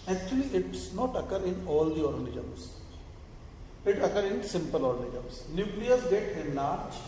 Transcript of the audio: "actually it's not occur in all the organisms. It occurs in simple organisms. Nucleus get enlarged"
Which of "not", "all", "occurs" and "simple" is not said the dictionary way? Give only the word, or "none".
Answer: occurs